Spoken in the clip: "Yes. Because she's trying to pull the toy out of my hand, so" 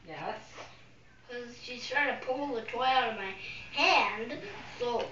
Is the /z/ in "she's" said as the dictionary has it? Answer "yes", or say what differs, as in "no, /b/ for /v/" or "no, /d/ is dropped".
no, /s/ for /z/